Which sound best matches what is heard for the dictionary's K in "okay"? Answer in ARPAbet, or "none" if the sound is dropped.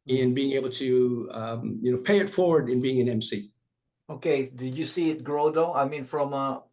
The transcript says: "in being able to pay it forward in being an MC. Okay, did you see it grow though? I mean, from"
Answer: K